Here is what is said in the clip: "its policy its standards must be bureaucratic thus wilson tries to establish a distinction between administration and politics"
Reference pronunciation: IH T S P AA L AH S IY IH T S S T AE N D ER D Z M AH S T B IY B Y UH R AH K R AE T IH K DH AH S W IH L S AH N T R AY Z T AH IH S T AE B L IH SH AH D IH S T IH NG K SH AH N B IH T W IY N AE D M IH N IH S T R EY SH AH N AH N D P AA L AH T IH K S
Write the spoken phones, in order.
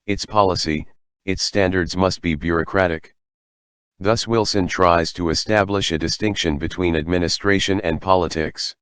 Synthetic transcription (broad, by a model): IH T S P AA L AH S IY IH T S S T AE N D ER D Z M AH S T B IY B Y UH R AH K R AE T IH K DH AH S W IH L S AH N T R AY Z T AH IH S T AE B L IH SH AH D IH S T IH NG K SH AH N B IH T W IY N AE D M IH N IH S T R EY SH AH N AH N P AA L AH T IH K S